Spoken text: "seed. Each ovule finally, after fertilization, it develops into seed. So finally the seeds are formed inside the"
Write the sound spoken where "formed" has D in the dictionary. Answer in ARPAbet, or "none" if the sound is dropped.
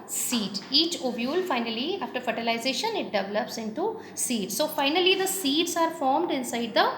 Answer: D